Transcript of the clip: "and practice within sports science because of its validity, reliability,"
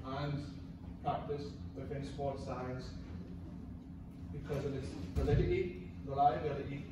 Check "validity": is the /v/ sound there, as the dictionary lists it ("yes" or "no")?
no